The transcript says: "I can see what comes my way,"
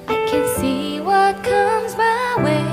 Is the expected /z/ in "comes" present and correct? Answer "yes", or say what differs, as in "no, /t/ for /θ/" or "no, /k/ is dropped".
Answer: yes